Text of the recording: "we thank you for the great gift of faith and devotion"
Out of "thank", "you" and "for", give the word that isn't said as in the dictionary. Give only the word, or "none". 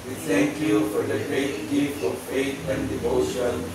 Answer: thank